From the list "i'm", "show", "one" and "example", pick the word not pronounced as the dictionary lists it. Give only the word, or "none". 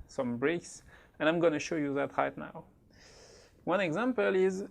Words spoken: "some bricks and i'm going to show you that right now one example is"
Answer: none